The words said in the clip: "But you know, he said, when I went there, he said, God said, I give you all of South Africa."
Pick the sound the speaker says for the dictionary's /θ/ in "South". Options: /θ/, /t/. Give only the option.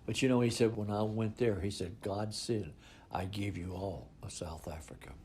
/θ/